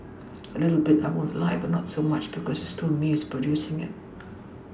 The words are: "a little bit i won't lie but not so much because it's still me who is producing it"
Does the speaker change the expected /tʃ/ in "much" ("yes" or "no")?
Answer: no